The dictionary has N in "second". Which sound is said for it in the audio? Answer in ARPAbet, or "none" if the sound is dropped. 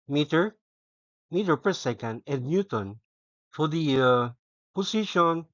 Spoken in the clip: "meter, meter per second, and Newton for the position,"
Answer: N